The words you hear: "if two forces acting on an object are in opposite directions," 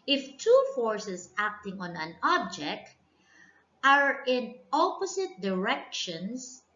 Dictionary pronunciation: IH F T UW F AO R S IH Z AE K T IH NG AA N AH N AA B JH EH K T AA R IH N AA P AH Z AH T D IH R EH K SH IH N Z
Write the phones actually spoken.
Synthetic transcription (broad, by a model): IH F T UW F AO R S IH S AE K T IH NG AA N AH N AA B JH EH K T AA R IH N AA P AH S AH T D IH R EH K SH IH N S